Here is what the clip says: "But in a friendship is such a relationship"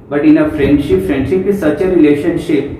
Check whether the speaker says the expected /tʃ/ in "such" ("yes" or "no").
yes